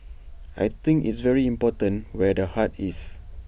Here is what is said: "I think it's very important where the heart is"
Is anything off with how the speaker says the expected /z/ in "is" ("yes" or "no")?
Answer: yes